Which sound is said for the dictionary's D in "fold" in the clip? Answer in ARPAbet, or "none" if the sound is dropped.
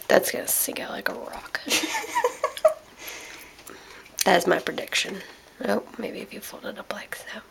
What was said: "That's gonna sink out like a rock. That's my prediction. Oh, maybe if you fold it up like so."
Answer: D